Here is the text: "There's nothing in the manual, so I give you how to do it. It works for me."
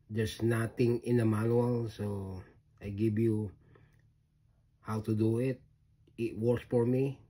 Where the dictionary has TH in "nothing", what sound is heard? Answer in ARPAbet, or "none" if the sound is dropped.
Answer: T